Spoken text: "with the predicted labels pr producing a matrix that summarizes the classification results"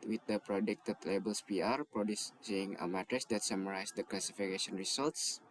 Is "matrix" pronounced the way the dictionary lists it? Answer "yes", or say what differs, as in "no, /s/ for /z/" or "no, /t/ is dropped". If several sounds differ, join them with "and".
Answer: no, /k/ is dropped